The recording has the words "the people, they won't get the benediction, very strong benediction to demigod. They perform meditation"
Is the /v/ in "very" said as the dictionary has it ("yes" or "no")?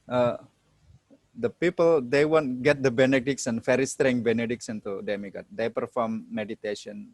no